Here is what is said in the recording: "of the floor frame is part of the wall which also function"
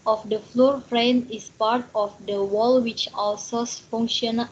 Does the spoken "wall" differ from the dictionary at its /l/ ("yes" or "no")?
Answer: no